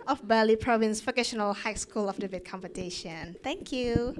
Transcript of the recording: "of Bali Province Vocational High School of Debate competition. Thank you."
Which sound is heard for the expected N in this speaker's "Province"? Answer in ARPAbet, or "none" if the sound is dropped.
N